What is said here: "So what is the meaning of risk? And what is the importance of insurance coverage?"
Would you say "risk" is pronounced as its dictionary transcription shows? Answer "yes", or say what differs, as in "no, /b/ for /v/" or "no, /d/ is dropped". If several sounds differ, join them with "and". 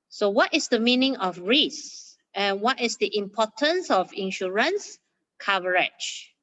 no, /k/ is dropped